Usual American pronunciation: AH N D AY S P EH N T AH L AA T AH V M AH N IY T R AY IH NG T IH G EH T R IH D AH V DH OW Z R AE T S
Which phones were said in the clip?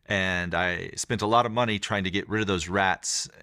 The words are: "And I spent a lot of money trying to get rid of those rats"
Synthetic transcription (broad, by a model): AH N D AY S P EH N T AH L AA T AH V M AH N IY T R AY IH NG T IH G EH T R IH D AH V DH OW Z R AE T S